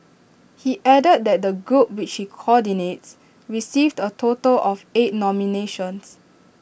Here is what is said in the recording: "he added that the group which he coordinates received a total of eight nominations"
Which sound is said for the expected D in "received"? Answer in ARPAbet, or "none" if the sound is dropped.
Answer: D